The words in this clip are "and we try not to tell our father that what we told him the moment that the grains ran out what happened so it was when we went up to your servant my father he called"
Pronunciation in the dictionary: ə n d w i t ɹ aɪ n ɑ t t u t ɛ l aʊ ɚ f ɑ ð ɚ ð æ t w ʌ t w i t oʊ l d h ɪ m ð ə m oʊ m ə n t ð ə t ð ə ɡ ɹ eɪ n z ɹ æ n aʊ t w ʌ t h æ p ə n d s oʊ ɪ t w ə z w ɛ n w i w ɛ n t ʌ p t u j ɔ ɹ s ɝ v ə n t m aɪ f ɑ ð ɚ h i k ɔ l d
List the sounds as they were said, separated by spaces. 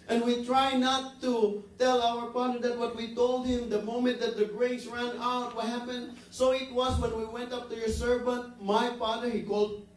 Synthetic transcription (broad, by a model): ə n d w i t ɹ aɪ n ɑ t t u t ɛ l aʊ ɚ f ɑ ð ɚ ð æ t w ʌ t w i t oʊ l d h ɪ m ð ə m oʊ m ə n t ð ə t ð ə ɡ ɹ eɪ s ɹ æ n aʊ t w ʌ t h æ p ə n d s oʊ ɪ t w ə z w ɛ n w i w ɛ n t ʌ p t u j ɔ ɹ s ɝ v ə n t m aɪ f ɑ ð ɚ h i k ɔ l d